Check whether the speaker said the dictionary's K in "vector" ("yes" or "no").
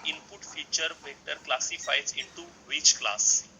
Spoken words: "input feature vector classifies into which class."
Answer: no